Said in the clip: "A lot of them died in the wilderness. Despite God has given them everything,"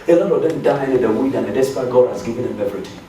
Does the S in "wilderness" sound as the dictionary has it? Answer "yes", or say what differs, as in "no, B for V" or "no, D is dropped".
no, S is dropped